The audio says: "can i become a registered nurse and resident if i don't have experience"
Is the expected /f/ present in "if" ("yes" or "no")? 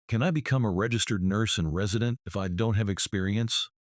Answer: yes